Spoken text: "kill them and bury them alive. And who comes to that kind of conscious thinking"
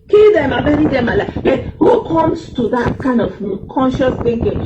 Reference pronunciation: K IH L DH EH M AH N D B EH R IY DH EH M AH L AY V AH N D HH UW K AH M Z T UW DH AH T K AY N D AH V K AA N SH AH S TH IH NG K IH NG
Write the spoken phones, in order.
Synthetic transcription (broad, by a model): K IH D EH M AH B EH R IY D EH M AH L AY B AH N HH UW K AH M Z T UW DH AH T K AY N D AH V K AA N SH AH S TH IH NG K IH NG